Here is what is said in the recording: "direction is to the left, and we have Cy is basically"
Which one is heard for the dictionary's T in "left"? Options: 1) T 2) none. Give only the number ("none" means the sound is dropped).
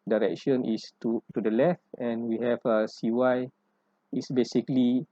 1